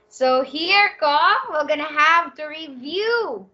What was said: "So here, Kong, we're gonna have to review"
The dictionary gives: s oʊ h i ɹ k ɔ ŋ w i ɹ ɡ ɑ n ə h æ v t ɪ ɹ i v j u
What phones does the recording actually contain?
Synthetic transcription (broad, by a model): s oʊ h i ɹ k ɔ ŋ w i l ɡ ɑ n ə h æ v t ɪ ɹ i v j u